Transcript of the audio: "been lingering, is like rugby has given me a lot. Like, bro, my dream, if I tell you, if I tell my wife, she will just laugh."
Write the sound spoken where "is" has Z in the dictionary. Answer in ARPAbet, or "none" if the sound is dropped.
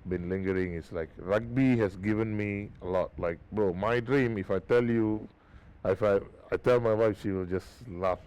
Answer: S